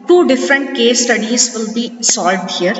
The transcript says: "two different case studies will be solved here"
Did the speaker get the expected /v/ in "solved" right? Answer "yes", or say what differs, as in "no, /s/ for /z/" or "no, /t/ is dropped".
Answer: no, /v/ is dropped